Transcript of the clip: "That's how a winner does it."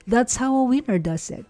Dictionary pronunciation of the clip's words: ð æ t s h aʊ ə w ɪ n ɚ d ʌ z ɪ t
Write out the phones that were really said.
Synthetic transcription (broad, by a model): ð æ t s h aʊ ə w ɪ n ɚ d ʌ s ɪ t